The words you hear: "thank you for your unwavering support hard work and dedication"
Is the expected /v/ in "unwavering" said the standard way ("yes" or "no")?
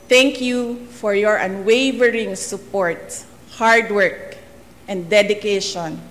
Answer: yes